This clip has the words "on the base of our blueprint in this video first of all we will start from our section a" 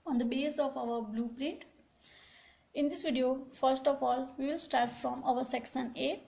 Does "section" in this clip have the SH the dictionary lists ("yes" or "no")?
no